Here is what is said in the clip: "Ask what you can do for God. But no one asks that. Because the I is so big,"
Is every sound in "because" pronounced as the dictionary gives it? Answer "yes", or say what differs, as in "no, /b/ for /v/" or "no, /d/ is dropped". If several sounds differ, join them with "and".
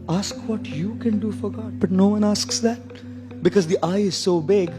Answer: yes